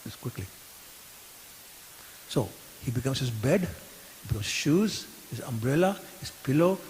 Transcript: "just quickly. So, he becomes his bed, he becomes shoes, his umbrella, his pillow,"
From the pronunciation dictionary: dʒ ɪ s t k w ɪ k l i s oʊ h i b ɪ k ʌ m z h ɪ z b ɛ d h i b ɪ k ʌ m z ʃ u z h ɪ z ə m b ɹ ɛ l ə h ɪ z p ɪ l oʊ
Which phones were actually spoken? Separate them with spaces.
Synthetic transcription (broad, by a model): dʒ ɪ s k w ɪ k l i s oʊ h i b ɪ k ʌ m s h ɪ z b ɛ d h i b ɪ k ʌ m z ʃ u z h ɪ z ə m b ɹ ɛ l ə h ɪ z p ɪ l oʊ